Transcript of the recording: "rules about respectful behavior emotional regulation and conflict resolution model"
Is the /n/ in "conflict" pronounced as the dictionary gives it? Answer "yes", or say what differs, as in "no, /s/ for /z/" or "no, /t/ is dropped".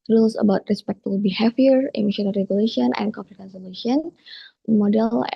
no, /n/ is dropped